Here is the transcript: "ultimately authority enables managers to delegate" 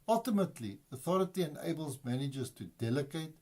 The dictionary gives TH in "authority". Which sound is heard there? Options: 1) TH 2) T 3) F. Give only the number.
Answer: 1